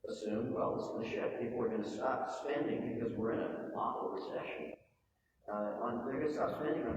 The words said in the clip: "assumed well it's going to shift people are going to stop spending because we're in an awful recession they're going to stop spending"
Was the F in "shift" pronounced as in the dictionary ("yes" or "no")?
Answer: no